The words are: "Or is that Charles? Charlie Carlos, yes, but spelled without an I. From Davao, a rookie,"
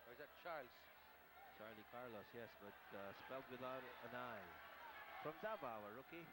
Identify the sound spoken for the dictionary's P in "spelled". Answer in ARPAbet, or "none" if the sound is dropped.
P